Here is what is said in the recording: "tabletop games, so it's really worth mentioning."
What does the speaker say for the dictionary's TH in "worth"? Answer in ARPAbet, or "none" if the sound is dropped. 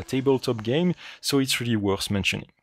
S